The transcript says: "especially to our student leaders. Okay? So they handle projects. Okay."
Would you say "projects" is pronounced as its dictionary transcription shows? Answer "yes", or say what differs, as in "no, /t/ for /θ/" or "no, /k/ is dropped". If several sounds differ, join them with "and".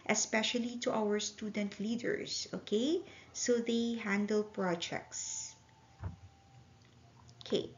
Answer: yes